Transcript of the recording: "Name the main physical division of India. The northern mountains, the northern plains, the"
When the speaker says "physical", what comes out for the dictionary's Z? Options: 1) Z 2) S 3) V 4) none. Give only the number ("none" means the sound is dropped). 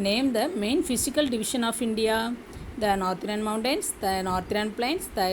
2